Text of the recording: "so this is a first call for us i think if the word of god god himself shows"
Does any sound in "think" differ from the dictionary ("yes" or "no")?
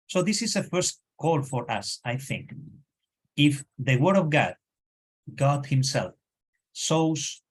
no